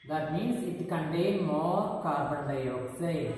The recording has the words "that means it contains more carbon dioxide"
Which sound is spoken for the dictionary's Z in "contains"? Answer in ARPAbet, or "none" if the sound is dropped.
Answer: none